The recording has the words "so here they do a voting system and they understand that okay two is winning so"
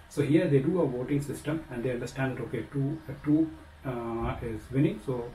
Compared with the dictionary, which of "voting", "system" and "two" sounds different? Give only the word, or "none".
none